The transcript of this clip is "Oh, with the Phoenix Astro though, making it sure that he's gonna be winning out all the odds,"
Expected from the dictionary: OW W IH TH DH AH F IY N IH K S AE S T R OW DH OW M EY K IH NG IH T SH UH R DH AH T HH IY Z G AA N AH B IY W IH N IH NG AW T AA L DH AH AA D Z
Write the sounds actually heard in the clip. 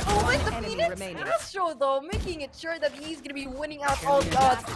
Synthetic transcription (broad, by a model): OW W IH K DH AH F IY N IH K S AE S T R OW DH OW M EY K IH NG IH T SH UH R DH AH T HH IY Z G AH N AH B IY W IH N IH NG AW T AA L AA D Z